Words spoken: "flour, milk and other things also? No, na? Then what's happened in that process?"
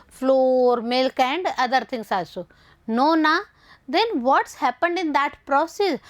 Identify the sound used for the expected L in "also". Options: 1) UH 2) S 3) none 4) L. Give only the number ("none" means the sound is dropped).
3